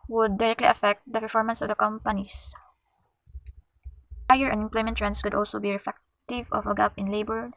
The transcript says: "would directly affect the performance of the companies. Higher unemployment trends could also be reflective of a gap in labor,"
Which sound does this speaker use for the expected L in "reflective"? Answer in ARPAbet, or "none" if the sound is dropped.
none